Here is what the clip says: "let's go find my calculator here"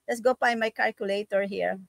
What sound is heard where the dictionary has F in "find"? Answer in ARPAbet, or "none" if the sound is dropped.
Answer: P